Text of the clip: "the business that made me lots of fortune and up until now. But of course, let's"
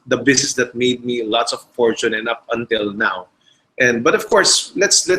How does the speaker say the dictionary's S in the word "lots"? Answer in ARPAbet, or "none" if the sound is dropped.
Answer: S